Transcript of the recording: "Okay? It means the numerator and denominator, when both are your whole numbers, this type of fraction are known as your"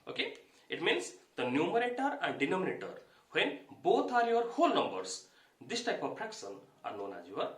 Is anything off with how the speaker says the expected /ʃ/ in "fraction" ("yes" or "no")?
yes